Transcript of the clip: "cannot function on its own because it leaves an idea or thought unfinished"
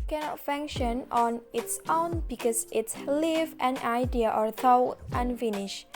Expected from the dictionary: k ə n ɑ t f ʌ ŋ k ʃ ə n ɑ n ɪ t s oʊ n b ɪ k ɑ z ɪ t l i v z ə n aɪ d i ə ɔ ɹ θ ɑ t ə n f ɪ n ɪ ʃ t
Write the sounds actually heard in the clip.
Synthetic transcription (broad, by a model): k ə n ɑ t f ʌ ŋ k ʃ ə n ɑ n ɪ t s oʊ n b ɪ k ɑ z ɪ t l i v ə n aɪ d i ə ɔ ɹ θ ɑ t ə n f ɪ n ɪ ʃ